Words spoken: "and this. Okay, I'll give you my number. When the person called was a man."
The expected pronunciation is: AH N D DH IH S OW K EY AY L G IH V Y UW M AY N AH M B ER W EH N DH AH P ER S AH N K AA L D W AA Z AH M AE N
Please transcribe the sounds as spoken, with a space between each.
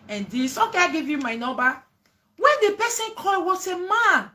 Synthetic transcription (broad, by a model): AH N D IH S OW K EY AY G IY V Y UW M AY N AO B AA W EH N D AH P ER S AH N K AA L W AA S AH M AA N